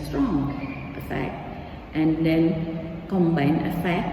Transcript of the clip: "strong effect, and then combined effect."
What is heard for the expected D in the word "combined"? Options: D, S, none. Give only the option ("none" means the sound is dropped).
none